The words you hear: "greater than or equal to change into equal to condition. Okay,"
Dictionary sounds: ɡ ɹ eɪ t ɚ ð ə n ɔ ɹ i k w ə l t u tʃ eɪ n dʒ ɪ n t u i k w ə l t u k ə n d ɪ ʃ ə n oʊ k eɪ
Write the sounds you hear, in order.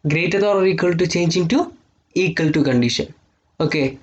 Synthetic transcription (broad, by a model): ɡ ɹ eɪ t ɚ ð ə l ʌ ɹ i k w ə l t u tʃ eɪ n dʒ ɪ n t u i k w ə l t u k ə n d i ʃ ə n oʊ k eɪ